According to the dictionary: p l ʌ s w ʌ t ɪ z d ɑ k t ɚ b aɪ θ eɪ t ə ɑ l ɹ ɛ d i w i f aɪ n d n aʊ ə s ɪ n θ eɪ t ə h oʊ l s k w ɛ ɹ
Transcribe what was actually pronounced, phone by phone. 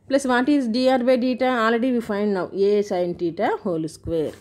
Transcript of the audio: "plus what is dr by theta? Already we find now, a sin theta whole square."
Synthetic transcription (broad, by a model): p l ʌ s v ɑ t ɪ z d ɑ t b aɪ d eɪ t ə ɑ l ɹ ɛ d i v i f aɪ n d n aʊ ə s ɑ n t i t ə h oʊ l s k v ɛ ɹ